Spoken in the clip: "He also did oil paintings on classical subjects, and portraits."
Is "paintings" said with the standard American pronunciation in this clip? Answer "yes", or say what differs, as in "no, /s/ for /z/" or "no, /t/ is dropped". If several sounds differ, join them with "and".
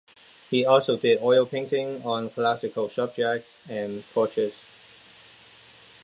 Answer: no, /z/ is dropped